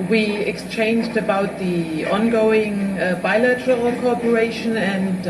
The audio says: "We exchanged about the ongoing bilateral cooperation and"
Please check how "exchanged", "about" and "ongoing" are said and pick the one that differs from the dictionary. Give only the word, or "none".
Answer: none